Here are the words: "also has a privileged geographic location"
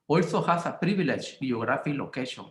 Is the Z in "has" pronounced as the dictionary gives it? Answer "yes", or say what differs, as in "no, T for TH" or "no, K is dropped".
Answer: no, S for Z